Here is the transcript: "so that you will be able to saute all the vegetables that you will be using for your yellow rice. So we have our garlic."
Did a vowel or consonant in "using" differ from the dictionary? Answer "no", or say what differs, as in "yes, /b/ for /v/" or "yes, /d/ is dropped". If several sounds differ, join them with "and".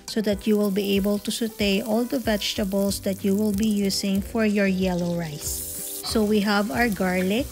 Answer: yes, /s/ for /z/